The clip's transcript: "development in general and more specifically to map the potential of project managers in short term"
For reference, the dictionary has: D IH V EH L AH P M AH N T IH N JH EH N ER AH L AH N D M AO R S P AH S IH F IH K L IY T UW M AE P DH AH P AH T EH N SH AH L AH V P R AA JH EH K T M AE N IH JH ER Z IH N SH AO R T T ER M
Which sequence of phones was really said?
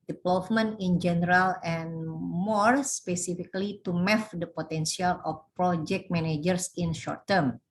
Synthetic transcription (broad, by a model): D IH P L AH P M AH N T IH N JH EH N ER AH L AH N M AO R S P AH S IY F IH K L IY T UW M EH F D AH P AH T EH N S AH L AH F P R AA JH EH K T M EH N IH JH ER S IH N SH AO R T T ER M